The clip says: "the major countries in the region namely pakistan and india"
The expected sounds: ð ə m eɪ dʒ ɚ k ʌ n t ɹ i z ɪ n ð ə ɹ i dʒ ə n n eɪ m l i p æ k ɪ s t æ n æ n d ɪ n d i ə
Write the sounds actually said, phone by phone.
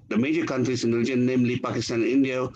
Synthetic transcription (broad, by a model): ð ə m eɪ dʒ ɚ k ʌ n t ɹ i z ɪ n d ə l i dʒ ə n n eɪ m l i p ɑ k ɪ s t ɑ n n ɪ n d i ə